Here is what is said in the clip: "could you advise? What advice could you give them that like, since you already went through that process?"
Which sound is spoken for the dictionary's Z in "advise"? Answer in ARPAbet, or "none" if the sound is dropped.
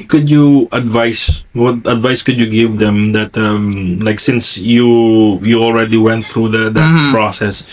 S